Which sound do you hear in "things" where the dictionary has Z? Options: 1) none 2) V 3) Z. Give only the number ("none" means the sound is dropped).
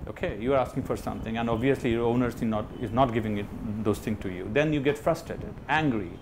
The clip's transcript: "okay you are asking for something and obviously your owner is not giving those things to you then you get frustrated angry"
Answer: 1